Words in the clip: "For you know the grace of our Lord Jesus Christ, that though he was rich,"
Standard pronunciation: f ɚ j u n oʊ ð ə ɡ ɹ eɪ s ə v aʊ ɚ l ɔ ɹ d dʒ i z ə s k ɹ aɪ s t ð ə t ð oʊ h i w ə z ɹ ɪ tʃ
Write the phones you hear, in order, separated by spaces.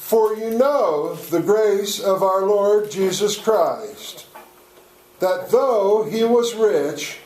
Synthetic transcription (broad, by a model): f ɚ j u n oʊ ð ə ɡ ɹ eɪ s ə v aʊ ɚ l ɔ ɹ d dʒ i z ə s k ɹ aɪ s t ð ə t ð oʊ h i w ə z ɹ ɪ tʃ